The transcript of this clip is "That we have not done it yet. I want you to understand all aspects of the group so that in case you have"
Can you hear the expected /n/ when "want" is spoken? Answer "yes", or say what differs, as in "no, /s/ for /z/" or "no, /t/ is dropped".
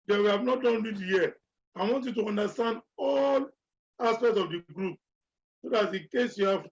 yes